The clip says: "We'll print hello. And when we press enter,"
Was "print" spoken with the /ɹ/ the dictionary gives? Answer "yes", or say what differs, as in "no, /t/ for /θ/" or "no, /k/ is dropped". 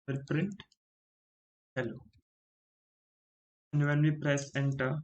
yes